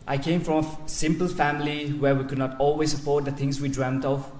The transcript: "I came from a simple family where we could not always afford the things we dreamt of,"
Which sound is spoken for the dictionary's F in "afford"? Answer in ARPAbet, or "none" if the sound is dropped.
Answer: P